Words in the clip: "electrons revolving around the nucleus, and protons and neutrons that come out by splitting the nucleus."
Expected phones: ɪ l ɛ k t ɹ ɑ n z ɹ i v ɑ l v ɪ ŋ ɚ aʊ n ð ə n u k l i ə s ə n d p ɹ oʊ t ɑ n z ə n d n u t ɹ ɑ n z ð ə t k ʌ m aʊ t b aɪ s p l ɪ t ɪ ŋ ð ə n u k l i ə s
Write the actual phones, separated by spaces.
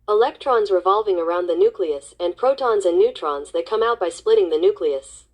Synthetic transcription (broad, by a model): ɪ l ɛ k t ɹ ɑ n z ɹ i v ɑ l v ɪ ŋ ɚ aʊ n ð ə n u k l i ə s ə n p ɹ oʊ t ɑ n z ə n n u t ɹ ɑ n z ð ə t k ʌ m aʊ t b aɪ s p l ɪ t ɪ ŋ ð ə n u k l i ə s